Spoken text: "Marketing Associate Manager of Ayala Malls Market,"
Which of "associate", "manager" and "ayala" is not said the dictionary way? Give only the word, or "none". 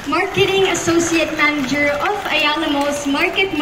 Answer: ayala